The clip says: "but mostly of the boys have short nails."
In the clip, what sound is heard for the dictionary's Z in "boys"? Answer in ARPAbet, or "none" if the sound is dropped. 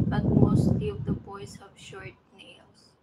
S